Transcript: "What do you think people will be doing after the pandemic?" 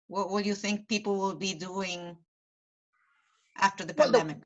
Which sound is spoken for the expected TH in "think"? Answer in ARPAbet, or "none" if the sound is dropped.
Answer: TH